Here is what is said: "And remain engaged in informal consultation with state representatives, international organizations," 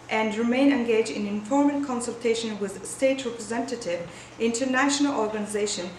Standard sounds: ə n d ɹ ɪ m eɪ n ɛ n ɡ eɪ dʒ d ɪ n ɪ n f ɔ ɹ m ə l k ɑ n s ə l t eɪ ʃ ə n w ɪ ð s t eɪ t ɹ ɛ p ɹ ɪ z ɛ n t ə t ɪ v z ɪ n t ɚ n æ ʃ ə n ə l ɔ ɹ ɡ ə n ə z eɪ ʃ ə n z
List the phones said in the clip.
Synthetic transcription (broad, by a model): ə n d ɹ ɪ m eɪ n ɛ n ɡ eɪ dʒ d ɪ n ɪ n f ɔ ɹ m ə n k ɑ n s ə l t eɪ ʃ ə n w ɪ ð s t eɪ t ɹ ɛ p ɹ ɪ z ɛ n t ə t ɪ v ɪ n t ɚ n æ ʃ ə n ə l ɔ ɹ ɡ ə n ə z eɪ ʃ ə n